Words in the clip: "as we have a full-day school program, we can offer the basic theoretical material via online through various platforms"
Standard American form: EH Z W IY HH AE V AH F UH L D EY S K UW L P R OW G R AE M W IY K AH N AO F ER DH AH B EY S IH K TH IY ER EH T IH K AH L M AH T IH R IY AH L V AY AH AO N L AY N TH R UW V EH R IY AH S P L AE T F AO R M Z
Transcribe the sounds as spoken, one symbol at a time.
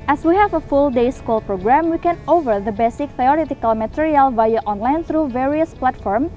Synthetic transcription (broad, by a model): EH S W IY HH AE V AH F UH L D EY S K UW L P R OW G R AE M W IY K AH N AO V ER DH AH B EY S IH K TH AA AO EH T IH K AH L M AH T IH R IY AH L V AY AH AO N L AY N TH R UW V EH R IY AH S P L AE T F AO R M